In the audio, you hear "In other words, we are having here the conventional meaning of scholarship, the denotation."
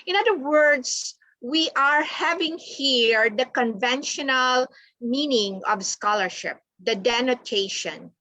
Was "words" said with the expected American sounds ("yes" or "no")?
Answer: no